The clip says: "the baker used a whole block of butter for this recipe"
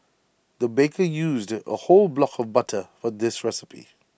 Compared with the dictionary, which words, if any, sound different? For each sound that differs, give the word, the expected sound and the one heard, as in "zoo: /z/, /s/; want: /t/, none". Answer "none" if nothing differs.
none